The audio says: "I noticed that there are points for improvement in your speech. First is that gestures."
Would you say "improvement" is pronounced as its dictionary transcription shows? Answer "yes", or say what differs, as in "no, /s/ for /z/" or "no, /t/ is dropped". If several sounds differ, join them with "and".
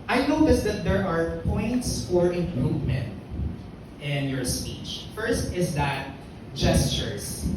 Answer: yes